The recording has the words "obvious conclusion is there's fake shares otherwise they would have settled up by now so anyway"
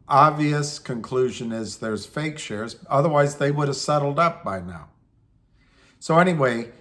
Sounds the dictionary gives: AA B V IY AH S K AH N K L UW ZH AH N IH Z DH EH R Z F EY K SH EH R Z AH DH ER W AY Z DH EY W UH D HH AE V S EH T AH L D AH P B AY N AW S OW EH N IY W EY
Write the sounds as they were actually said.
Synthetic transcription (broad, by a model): AA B V IY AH S K AH N K L UW ZH AH N IH Z DH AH R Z F EY K SH EH R Z AH DH ER W AY Z DH EY W UH D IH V S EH T L D AH P B AY N AW S OW EH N IY W EY